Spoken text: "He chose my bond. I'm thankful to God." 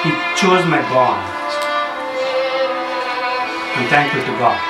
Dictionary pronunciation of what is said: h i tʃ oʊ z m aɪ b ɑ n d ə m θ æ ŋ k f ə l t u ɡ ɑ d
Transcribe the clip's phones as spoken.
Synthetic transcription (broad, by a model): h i tʃ oʊ z m aɪ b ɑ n ə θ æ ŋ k ə t u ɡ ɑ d